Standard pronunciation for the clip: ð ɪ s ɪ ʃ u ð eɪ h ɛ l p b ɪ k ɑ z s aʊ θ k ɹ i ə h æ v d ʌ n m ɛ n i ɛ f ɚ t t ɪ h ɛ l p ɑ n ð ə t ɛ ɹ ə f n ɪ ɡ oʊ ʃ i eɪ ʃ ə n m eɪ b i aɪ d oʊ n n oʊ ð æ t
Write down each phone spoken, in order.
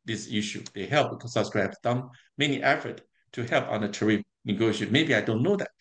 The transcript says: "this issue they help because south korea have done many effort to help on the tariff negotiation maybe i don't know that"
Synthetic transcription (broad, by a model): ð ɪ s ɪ ʃ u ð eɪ h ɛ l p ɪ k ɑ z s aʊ s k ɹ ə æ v d ʌ n m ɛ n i ɛ f ɚ t t ɪ h ɛ l p ɑ n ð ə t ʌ ɹ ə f n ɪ ɡ oʊ i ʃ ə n m eɪ b i aɪ d oʊ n n oʊ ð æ t